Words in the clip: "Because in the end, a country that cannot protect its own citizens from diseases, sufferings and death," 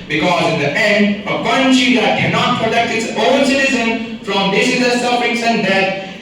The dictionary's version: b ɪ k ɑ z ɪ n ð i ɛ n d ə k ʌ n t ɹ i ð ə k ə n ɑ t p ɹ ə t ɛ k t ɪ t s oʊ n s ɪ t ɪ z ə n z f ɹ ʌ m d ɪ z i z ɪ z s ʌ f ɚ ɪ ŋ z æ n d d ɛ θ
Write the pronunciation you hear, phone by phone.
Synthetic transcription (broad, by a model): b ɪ k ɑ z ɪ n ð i ɛ n d ə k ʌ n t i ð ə k ə n ɑ t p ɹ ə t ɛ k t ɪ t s oʊ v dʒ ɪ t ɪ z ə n f ɹ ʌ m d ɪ s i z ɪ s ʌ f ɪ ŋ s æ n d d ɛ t